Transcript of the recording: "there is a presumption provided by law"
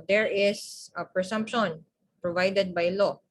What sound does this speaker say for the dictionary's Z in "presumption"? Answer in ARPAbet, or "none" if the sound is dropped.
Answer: S